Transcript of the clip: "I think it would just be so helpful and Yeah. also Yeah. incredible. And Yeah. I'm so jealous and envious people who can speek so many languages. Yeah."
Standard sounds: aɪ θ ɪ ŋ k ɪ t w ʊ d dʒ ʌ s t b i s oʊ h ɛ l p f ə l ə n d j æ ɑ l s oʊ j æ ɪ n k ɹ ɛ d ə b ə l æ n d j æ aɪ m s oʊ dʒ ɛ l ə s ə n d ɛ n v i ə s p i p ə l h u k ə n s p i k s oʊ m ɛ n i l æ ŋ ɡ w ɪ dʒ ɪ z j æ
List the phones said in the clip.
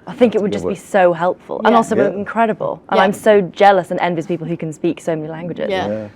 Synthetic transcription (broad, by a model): aɪ θ ɪ ŋ k ɪ t w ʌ d dʒ ʌ s b i s oʊ h ɛ l p f ə l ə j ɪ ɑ l s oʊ ɪ n k ɹ ɛ d ə b ə l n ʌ aɪ m s oʊ dʒ ɛ l ə s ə n ɛ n v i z p i p l h u k ə n s p i k s oʊ m ɛ n i l æ ŋ ɡ w ɪ dʒ ɪ z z